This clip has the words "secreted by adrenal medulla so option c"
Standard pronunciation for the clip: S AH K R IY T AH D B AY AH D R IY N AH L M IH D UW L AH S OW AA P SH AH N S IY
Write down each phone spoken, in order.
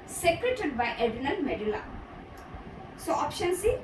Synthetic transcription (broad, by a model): S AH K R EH T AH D B AY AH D IY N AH N M IH D UW L AH S OW AA P SH AH N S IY